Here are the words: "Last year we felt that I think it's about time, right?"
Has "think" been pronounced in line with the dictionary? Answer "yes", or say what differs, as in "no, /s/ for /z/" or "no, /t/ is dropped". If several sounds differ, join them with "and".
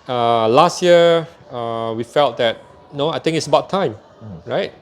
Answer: no, /t/ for /θ/